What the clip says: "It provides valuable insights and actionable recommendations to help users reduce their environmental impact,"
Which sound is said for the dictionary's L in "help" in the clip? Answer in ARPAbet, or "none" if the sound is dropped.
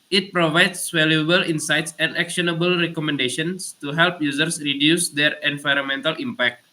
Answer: L